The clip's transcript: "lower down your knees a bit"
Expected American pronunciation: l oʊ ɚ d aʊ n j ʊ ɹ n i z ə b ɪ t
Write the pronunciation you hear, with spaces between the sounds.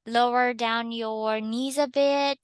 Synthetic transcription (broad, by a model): l oʊ ɚ d aʊ n j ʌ ɹ n i z ə b ɪ t